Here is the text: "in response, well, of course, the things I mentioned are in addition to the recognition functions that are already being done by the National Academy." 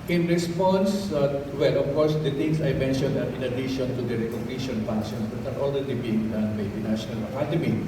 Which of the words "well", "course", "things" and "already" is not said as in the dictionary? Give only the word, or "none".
things